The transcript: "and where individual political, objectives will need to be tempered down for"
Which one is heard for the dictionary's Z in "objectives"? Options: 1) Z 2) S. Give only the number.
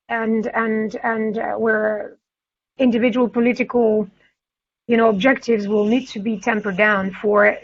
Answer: 1